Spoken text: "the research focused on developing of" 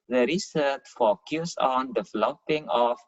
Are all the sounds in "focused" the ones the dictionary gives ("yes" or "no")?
no